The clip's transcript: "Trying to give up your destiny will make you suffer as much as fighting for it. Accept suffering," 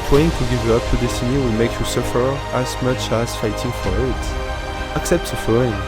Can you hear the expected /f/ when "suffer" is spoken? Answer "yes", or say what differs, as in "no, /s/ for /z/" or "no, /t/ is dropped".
yes